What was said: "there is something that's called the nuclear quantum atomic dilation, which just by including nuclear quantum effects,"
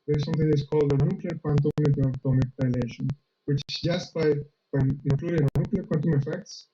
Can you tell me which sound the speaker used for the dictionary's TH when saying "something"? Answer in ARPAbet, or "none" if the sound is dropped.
T